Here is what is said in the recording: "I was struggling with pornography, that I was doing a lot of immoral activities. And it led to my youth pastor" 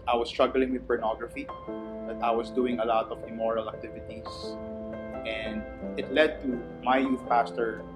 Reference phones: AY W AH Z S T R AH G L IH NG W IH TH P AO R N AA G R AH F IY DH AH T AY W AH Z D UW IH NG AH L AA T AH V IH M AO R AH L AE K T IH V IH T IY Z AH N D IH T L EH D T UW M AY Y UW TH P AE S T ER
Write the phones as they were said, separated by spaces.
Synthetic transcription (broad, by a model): AY W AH S T R AH G L IH NG W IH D P AO R N AA G R AH F IY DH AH T AY W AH S D UW IH NG AH L AA T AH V IH M AO R AH L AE K T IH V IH T IY S AH N D IH T L EH D T UW M AY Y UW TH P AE S T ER